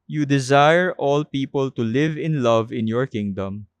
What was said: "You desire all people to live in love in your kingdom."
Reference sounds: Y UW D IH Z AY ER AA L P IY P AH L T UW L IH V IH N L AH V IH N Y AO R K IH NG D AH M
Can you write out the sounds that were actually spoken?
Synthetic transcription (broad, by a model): Y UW D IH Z AY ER AA L P IY P AH L T UW L IH V IH N L AH V IH N Y AO R K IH NG D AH M